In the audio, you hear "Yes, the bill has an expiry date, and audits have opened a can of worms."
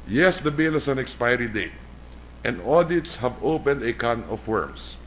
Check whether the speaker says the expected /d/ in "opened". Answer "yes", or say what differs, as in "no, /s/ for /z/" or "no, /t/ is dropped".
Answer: yes